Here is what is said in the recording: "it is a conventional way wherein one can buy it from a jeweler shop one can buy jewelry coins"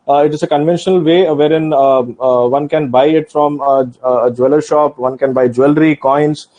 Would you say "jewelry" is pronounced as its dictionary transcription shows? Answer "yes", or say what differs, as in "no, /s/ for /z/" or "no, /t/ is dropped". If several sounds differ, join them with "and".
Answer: yes